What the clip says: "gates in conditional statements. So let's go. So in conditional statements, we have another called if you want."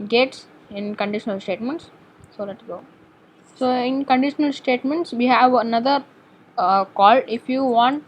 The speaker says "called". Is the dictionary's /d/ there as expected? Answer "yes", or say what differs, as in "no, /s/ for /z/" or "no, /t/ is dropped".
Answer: no, /d/ is dropped